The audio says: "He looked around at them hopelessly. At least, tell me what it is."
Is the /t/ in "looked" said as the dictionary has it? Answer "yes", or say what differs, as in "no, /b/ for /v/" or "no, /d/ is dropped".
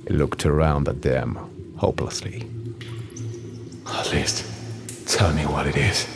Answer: yes